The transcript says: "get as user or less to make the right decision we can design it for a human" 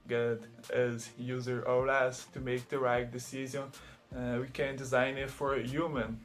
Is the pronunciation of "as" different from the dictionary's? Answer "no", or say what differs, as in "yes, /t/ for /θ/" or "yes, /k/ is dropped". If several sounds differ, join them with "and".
no